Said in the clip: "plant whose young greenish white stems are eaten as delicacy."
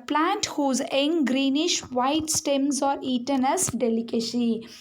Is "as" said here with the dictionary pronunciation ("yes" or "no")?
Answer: no